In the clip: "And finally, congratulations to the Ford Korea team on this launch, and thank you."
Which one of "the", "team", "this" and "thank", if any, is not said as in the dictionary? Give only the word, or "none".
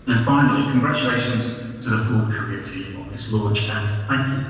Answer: none